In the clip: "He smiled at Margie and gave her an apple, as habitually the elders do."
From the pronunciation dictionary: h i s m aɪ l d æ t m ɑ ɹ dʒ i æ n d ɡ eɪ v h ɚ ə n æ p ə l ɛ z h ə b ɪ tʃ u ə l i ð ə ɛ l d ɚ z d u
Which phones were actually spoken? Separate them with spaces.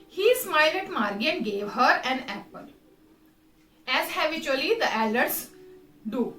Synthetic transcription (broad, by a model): h i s m aɪ l ɛ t m ɑ ɹ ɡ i n ɡ eɪ v h ɚ ə n æ p ə l ɛ z h ə b ɪ tʃ u ə l i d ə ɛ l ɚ s d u